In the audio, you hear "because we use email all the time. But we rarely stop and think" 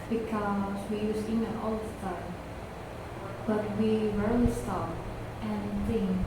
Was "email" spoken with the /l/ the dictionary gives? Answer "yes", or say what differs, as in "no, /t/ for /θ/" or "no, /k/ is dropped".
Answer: no, /n/ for /l/